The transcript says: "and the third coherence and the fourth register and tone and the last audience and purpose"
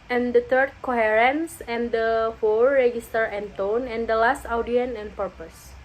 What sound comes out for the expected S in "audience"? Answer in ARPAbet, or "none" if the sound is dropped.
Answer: none